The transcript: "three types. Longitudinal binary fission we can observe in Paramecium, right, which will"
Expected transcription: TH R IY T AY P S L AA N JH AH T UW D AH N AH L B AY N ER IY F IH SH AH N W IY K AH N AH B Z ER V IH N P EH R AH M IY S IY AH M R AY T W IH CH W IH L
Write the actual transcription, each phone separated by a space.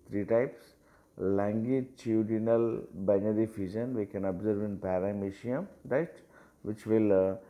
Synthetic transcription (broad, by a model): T R IY T AY P S L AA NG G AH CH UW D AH N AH L B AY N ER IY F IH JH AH N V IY K AH N AH B Z ER V IH N P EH R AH M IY SH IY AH M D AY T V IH CH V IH L